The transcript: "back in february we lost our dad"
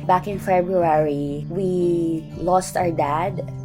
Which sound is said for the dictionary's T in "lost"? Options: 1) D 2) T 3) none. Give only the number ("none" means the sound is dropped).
2